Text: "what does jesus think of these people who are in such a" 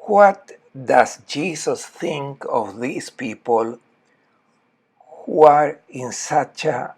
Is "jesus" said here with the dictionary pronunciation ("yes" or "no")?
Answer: no